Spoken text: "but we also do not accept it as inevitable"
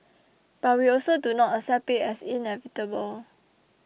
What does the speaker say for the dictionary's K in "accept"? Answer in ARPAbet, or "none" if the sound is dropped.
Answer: none